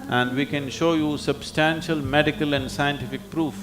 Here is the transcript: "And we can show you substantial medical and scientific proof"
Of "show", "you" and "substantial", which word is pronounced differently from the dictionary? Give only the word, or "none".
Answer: none